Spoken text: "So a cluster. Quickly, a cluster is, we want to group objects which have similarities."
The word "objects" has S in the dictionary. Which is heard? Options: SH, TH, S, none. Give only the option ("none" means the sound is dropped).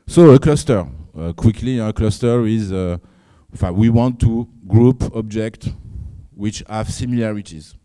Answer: none